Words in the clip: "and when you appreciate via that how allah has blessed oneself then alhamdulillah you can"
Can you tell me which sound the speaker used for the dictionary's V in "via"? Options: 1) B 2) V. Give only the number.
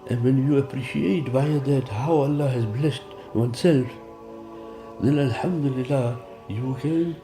1